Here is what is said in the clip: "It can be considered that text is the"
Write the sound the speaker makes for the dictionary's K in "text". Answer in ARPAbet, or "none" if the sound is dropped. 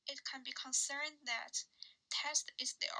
none